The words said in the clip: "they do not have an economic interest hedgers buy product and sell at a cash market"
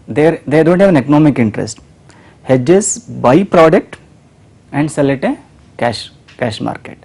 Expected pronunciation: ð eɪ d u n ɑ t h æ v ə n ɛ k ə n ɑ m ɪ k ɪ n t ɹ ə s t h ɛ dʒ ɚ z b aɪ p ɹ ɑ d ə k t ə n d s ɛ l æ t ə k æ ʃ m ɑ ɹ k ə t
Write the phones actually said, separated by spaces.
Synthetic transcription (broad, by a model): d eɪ d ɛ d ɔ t h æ v ə n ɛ k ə n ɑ m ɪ k ɪ n t ɹ ə s t h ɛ dʒ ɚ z b aɪ p ɹ ɑ d ə k t ə n d s ɛ l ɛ t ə k æ ʃ m ɑ ɹ k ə t